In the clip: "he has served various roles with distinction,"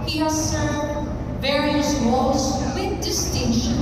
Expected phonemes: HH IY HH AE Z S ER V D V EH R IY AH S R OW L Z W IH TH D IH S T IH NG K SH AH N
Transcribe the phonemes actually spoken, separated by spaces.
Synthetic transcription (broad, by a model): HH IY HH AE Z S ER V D V EH R IY AH S W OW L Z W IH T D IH S T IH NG K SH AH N